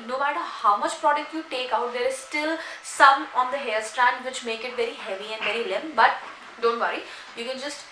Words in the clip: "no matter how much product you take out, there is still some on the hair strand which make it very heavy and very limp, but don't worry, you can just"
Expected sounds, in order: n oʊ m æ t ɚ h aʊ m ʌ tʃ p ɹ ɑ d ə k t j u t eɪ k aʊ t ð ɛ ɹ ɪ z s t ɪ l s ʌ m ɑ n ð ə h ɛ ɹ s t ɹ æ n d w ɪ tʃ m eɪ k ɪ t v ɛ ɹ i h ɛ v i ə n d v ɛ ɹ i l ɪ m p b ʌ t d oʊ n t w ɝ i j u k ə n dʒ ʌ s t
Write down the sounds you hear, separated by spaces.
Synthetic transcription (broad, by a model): n oʊ m æ t ɚ h aʊ m ʌ tʃ p ɹ ɑ d ə k t j u t eɪ k aʊ t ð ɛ ɹ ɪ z s t ɪ l s ʌ m ɑ n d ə h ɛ l s t ɹ æ n d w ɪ tʃ m eɪ k ɪ t v ɛ ɹ i h ɛ v i ə n d v ɛ ɹ i l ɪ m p b ʌ t d oʊ n t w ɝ i j u k ə n dʒ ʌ s t